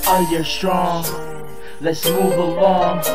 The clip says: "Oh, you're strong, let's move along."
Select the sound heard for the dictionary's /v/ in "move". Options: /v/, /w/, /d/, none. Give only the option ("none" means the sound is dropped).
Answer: /v/